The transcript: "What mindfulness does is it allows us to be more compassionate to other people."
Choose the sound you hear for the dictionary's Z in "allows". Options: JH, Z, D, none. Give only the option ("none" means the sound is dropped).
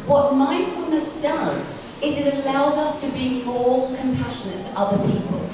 Z